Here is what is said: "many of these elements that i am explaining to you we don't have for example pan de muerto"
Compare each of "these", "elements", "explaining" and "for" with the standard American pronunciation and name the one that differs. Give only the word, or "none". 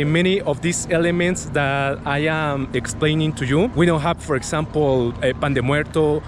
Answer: these